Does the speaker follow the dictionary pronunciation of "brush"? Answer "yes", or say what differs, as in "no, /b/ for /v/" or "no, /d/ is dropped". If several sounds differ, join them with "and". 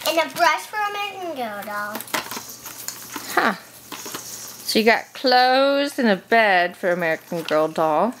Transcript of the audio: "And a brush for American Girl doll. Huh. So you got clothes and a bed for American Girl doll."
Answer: yes